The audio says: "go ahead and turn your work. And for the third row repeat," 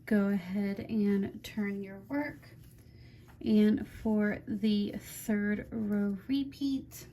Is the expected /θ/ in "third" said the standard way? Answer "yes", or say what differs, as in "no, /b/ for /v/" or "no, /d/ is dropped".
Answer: yes